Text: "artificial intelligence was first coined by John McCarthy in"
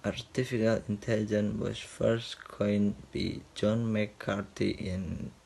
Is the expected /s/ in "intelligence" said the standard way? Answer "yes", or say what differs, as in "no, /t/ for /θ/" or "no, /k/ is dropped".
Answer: no, /s/ is dropped